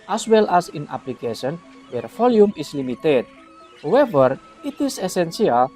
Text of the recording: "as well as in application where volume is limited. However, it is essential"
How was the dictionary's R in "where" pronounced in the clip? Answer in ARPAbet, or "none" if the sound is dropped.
R